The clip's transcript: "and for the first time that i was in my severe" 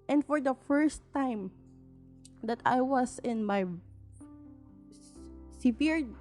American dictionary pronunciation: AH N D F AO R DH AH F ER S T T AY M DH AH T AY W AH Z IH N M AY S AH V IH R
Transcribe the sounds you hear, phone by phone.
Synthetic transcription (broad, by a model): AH N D F AO R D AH F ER S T T AY M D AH T AY W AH S IH N M AY S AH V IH R